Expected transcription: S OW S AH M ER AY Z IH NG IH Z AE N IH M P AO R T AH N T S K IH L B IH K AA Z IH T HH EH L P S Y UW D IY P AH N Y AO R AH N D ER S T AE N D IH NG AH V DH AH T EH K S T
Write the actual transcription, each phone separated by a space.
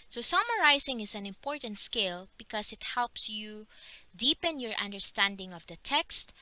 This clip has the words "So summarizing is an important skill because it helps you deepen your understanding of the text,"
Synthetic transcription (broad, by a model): S OW S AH M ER AY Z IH NG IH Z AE N IH M P AO R T AH N T S K IH L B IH K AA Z IH T HH EH L P S Y UW D IY P AH N Y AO R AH N D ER S T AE N D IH NG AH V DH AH T EH K S T